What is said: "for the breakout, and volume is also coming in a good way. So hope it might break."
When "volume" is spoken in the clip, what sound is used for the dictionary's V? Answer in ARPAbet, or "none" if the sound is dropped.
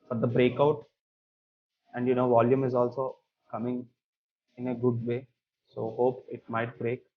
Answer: V